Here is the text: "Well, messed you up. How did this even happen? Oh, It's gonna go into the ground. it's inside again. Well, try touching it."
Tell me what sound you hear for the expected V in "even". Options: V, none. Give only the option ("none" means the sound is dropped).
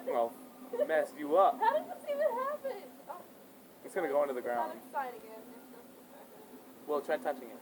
none